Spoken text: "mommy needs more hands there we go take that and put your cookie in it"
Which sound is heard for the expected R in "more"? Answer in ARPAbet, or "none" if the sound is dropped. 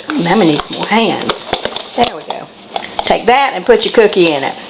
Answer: L